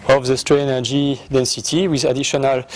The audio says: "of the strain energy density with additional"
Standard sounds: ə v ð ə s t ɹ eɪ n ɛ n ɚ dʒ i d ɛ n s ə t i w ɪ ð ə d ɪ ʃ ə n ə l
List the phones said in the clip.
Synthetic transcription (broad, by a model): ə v ð ə s t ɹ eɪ ɛ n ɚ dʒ i d ɛ n s ə t i w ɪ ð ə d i ʃ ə n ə l